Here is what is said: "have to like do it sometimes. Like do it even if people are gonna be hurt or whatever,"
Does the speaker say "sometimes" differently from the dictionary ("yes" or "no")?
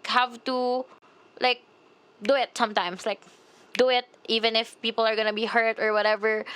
yes